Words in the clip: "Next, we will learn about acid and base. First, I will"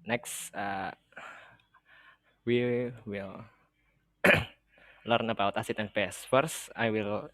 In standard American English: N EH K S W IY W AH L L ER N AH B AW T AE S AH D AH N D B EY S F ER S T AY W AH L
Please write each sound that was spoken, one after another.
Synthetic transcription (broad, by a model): N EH K S W IY W AH L L ER N AH B AW T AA S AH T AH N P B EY S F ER S AY W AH L